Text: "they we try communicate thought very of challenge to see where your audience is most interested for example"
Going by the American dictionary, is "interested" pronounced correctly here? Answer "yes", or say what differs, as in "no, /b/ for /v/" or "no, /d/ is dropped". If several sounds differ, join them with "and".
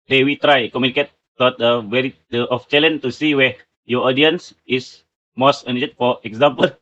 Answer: no, /s/ is dropped